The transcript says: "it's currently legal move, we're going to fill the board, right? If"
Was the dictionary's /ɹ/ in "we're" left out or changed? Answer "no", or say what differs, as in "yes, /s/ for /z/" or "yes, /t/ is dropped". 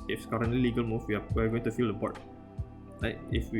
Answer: yes, /w/ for /ɹ/